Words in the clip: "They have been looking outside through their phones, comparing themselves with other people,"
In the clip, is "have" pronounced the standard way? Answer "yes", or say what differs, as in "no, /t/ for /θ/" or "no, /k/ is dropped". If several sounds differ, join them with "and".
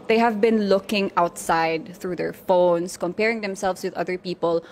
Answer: yes